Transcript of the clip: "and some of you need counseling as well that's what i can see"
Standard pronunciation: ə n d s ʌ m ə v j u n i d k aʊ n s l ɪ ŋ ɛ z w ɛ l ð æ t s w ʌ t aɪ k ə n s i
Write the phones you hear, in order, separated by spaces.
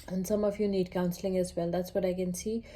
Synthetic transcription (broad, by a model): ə n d s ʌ m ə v j u n i d k aʊ n s l ɪ ŋ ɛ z w ɛ l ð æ t s w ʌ t aɪ k ə n s i